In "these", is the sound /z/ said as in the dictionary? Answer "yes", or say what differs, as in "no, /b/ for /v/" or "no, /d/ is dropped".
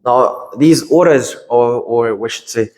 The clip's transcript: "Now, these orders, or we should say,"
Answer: yes